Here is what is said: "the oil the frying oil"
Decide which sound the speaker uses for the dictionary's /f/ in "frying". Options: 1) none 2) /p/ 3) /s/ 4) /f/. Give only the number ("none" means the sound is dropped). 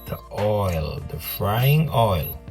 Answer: 4